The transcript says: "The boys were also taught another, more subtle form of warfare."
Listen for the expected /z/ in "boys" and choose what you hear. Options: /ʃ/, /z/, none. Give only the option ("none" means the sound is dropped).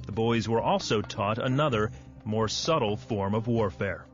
/z/